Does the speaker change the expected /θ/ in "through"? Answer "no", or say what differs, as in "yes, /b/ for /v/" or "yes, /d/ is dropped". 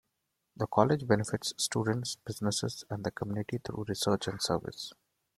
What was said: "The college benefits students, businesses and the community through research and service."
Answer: yes, /t/ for /θ/